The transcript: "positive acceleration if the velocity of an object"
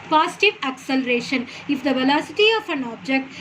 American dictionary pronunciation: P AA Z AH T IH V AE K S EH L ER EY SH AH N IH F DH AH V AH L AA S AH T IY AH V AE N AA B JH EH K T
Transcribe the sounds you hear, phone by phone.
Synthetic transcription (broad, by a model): P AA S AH T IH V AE K S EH L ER EY SH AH N IH F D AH V AH L AA S AH T IY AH F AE N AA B JH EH K T